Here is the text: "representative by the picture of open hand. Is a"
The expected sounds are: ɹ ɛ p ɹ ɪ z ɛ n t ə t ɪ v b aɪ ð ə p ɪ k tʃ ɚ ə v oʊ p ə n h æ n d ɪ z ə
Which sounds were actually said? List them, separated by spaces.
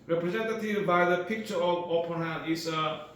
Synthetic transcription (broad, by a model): ɹ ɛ p ɹ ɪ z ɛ n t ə t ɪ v b aɪ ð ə p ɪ k tʃ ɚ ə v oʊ p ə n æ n ɪ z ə